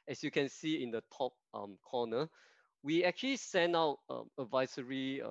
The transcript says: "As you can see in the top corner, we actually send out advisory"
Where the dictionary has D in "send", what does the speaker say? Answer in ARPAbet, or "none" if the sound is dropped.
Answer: none